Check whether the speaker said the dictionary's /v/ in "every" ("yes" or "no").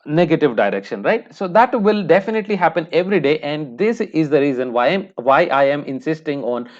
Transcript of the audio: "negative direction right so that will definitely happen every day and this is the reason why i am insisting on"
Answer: yes